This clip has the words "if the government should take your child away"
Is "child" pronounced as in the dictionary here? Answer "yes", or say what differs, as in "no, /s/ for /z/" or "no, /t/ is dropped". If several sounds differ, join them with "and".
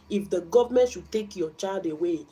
no, /l/ is dropped